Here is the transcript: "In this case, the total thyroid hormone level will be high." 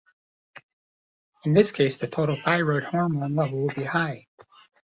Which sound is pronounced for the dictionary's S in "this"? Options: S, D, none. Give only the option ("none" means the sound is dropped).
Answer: S